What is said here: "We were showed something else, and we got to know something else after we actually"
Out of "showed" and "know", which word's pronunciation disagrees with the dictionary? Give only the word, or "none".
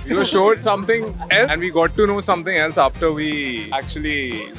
none